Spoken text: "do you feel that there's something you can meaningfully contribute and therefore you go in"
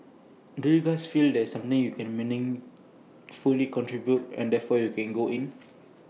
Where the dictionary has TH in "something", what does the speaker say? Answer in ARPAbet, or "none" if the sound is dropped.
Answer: T